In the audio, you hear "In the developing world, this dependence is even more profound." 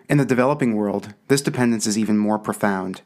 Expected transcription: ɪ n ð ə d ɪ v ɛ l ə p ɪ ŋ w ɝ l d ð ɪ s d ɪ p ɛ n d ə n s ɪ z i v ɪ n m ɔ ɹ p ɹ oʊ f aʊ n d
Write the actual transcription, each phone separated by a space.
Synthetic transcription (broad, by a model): ɪ n ð ə d ɪ v ɛ l ə p ɪ ŋ w ɝ l d ð ɪ s d ɪ p ɛ n d ə n s ɪ z i v ɪ n m ɔ ɹ p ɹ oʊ f aʊ n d